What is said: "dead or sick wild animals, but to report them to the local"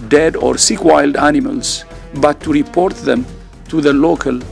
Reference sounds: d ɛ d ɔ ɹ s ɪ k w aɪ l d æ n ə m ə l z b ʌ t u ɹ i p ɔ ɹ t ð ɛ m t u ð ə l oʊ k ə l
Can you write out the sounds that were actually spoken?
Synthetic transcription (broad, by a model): d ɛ d ɔ ɹ s ɪ k w aɪ l d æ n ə m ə l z b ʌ t u ɹ i p ɔ ɹ t ð ɛ m t u ð ə l oʊ k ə l